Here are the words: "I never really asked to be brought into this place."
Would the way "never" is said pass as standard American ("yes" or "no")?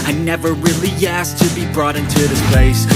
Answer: yes